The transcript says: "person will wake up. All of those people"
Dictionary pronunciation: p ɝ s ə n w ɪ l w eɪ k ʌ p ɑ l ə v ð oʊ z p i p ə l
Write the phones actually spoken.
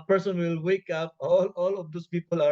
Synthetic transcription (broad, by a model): p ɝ s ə n w ɪ l w eɪ k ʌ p ɑ l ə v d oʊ s p i p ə l